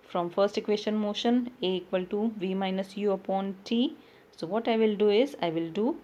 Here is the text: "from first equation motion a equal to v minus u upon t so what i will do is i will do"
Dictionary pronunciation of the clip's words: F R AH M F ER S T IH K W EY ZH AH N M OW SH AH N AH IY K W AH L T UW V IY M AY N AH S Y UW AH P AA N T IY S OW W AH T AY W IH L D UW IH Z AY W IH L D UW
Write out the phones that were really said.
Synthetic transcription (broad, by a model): F R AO M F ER S T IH K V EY SH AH N M OW SH AH N AH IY K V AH L T UW V IY M AY N AH S Y UW AH P AA N T IY S OW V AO T AY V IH L D UW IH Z AY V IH L D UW